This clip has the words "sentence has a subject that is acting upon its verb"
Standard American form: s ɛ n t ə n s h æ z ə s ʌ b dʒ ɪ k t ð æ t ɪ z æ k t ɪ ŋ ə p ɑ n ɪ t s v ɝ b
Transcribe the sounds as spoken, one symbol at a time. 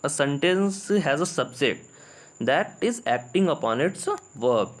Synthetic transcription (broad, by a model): s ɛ n t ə n s h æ z ə s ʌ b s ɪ t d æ t ɪ z æ k t ɪ ŋ ə p ɑ n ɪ t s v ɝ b